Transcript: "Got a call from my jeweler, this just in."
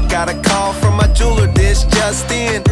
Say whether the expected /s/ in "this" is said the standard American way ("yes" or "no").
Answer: no